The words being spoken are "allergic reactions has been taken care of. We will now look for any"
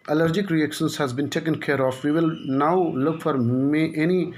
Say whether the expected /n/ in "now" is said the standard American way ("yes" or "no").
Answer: yes